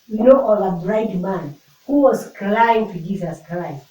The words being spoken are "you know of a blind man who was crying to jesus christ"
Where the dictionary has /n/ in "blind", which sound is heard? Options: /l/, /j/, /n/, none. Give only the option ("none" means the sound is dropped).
none